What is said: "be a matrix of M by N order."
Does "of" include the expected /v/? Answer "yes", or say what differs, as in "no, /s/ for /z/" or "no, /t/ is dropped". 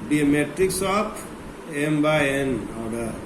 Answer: no, /p/ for /v/